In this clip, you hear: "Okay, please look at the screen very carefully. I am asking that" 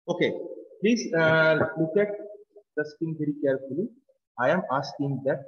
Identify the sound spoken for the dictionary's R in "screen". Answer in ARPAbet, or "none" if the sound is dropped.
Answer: none